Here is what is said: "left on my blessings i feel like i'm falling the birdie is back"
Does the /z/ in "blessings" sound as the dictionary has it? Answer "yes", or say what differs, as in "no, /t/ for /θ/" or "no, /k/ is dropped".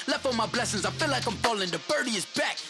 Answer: yes